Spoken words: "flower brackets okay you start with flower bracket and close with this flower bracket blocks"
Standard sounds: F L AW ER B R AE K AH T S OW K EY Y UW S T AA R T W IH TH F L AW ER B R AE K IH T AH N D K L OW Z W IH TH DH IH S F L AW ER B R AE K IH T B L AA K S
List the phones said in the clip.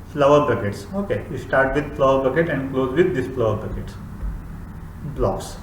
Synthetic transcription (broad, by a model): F L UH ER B AH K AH T S OW K EY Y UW S T AA R T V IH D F L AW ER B AH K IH T AH N D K L OW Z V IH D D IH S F L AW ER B AH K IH T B L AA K S